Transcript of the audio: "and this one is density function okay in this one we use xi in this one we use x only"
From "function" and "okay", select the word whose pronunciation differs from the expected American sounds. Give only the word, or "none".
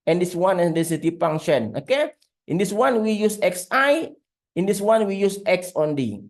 function